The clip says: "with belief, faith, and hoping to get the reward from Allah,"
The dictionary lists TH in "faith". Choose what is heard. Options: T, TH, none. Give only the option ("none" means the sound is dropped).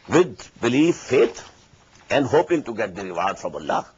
T